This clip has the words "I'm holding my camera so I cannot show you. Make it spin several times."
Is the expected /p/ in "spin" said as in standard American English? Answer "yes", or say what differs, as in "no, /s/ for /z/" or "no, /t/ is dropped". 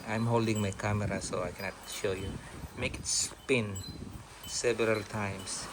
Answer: yes